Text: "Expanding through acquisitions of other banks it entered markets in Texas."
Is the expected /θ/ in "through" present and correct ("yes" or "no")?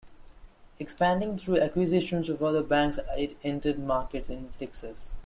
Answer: no